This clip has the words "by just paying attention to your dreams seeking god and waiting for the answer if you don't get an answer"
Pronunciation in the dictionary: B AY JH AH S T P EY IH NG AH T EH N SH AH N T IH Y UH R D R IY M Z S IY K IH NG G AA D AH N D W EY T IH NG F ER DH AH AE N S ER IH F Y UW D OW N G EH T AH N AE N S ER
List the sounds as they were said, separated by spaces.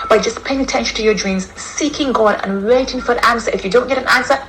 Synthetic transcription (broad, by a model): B AY JH AH S P EY IH NG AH T EH N SH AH N T IH Y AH R D R IY M Z S IY K IH NG G AA D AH N W EY T IH NG F ER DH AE N S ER IH F Y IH D OW N G EH T AH N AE N S ER